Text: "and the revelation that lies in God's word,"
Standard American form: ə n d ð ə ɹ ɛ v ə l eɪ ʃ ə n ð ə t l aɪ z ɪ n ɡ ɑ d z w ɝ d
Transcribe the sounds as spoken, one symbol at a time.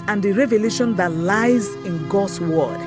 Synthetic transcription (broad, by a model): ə n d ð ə ɹ ɛ v ə l eɪ ʃ ə n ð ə t l aɪ z ɪ n ɡ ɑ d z w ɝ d